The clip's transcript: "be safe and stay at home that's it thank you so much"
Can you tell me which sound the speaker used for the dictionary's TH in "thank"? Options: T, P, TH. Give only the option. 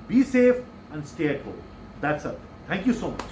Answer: T